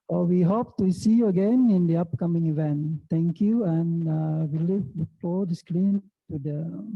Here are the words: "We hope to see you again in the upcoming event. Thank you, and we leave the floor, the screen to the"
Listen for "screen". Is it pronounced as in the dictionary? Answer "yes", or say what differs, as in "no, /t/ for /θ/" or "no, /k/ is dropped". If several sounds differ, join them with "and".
no, /l/ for /ɹ/